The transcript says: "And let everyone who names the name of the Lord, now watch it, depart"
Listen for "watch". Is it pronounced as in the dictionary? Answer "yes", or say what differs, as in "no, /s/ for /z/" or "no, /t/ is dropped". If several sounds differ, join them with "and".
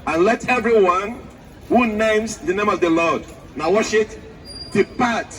no, /ʃ/ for /tʃ/